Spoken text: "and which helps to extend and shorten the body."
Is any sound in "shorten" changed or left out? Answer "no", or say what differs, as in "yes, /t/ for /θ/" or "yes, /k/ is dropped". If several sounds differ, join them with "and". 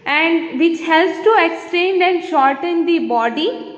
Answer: no